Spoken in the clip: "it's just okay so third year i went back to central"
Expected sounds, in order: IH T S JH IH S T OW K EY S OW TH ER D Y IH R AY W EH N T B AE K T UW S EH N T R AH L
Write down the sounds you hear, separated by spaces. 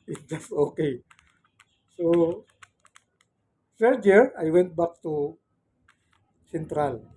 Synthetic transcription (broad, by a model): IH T JH IH S T OW K EY S OW S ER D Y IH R AY W EH N T B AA K T UW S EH N T R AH L